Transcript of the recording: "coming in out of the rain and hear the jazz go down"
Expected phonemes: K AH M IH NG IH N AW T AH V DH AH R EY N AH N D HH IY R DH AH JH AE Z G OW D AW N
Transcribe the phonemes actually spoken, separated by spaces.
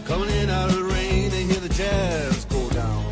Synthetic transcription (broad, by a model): K AH M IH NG IH N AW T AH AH R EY AH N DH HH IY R DH AH CH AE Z G OW D AW N